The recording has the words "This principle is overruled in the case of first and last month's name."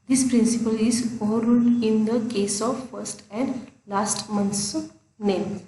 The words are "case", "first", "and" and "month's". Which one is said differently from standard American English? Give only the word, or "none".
month's